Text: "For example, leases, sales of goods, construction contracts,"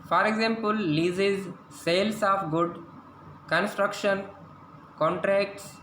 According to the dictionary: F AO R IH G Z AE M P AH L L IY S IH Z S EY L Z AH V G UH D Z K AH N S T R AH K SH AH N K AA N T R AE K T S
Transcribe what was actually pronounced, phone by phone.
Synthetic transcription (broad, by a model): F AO R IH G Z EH M P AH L L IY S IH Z S EY L S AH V G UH D K AH N S T R AH K SH AH N K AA N T R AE K T S